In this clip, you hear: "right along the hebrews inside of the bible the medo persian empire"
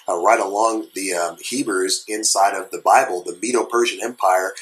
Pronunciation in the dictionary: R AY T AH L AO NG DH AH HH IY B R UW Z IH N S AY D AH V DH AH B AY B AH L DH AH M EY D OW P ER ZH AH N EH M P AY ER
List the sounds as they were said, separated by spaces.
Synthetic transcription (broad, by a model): R AY T AH L AO NG DH AH HH IY B R Z IH N S AY D AH V DH AH B AY B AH L DH AH M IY D OW P ER ZH AH N EH M P AY ER